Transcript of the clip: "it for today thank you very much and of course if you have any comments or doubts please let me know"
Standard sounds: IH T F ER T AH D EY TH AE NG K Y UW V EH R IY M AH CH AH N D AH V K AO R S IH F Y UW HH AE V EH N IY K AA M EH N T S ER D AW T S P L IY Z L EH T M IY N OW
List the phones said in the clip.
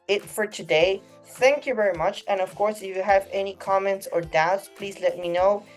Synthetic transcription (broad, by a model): IH T F ER T AH D EY TH AE NG K Y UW V EH R IY M AH CH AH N AH V K AO R S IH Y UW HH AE V EH N IY K AA M EH N T S ER D AW T S P L IY Z L EH T M IY N OW